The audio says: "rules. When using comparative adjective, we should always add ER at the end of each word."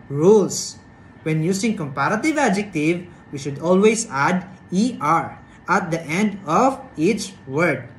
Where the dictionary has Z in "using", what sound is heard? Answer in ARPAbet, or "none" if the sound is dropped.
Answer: S